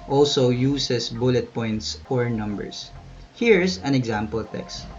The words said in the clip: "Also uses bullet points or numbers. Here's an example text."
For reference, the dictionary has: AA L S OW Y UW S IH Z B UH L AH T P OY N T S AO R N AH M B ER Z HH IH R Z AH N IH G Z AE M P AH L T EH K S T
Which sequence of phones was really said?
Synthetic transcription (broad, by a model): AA L S OW Y UW S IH S B UH L AH T P OY N T S AO R N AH M B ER S HH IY R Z AH N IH G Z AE M P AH L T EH K S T